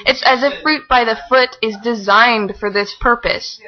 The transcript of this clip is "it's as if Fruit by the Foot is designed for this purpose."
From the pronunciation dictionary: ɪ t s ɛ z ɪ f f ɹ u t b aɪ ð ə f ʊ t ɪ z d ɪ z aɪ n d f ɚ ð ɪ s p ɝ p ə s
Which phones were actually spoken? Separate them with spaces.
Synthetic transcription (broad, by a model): ɪ t s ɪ z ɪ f f ɹ u t b aɪ ð ə f ʊ t ɪ z d ɪ z aɪ n d f ɚ ð ɪ s p ɝ p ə s